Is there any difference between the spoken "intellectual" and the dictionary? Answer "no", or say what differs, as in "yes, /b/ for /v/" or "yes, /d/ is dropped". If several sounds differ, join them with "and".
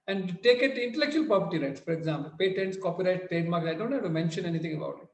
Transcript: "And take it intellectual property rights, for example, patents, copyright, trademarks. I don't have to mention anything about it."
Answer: no